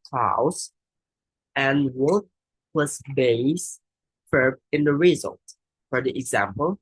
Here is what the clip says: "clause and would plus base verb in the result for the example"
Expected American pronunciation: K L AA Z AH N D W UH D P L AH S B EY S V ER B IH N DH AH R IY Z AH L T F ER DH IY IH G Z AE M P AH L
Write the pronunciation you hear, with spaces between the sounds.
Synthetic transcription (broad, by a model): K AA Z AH N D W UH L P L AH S B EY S F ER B IH N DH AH R IY Z AH L T F ER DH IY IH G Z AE M P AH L